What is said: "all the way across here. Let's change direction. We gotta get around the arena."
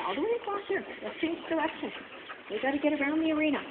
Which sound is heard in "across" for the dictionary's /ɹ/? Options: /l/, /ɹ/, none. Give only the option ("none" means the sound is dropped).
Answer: none